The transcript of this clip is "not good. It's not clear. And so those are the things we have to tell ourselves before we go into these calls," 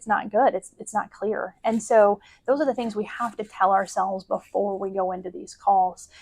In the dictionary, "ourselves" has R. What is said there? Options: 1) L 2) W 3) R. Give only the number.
3